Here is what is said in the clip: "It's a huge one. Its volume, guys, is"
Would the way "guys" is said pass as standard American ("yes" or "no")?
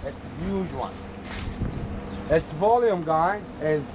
no